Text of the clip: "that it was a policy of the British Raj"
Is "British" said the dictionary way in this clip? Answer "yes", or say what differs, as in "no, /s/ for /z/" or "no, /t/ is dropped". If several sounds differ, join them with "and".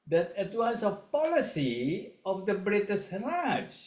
no, /s/ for /ʃ/